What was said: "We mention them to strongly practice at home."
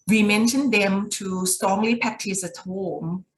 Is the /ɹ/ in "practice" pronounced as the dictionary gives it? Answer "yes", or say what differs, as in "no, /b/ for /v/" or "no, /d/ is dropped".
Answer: no, /ɹ/ is dropped